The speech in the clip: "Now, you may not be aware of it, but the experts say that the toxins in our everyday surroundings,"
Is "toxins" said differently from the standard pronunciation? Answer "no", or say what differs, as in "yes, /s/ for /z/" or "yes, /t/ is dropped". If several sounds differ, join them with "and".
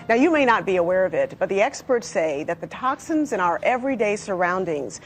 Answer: no